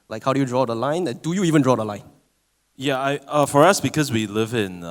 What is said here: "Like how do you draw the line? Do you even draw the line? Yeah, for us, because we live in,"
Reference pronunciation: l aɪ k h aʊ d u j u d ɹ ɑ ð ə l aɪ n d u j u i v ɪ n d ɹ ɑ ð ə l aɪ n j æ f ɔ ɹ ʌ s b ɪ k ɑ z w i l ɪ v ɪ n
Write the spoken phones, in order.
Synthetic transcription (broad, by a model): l aɪ k h aʊ d u j u d ɹ ɑ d ə l aɪ n d u j u i v ɪ n d ɹ ɑ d ə l aɪ n j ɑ f ɔ ɹ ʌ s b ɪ k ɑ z w i l ɪ v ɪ n